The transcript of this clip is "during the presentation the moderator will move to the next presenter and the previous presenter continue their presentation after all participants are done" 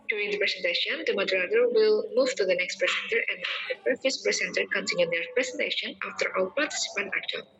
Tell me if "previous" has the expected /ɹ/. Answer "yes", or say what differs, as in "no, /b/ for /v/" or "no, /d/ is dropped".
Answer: no, /ɹ/ is dropped